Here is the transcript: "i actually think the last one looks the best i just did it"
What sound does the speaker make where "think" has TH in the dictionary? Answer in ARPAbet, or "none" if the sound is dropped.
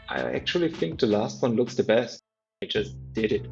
TH